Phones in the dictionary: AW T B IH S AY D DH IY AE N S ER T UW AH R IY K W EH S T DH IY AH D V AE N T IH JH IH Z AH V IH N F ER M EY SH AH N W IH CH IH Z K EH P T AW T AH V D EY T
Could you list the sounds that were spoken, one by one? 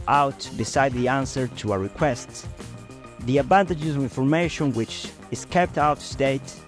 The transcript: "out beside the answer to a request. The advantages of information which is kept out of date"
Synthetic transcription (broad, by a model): AW T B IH S AY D DH IY AE N S ER T UW AH R IY K W EH S T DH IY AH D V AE N T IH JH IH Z AH V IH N F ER M EY SH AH N W IH CH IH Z K EH P T AW T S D EY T